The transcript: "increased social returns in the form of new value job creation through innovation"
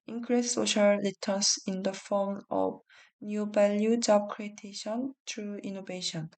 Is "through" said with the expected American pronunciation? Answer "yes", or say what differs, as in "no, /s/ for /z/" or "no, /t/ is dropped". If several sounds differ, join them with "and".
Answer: no, /t/ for /θ/